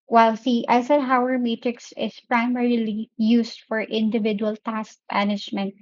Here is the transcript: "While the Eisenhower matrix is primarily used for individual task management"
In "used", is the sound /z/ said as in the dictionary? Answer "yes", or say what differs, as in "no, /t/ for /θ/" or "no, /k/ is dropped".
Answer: no, /s/ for /z/